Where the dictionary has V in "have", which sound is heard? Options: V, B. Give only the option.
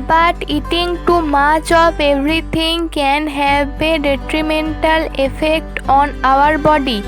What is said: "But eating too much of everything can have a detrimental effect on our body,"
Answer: B